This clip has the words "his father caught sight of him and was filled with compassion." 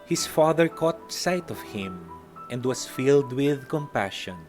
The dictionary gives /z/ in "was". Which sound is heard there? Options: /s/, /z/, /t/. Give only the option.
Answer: /s/